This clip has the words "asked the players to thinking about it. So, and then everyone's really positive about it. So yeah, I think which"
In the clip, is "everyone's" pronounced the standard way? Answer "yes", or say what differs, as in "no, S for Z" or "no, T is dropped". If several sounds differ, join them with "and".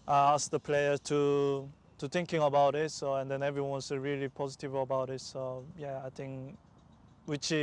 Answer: no, S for Z